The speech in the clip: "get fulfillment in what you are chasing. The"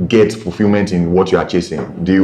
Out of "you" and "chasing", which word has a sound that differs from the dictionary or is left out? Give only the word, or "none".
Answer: none